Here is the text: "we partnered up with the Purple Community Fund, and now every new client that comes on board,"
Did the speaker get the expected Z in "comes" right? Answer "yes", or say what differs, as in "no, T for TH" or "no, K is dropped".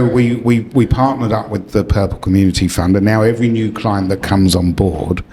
yes